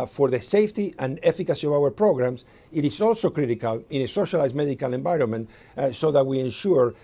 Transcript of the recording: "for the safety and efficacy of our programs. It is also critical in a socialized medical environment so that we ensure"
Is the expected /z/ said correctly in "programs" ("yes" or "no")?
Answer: no